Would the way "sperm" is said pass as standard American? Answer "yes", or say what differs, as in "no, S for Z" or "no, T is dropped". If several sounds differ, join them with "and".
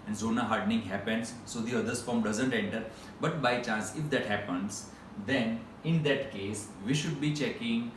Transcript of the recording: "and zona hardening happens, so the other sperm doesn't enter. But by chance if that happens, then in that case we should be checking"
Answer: no, F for P